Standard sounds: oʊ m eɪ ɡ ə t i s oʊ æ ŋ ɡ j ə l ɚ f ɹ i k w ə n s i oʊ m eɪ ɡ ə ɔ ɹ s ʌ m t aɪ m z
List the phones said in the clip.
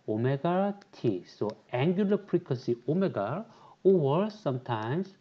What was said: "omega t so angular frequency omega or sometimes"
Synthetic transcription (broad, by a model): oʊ m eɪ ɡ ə t i s oʊ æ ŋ ɡ j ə l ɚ p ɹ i k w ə s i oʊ m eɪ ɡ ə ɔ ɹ s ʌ m t aɪ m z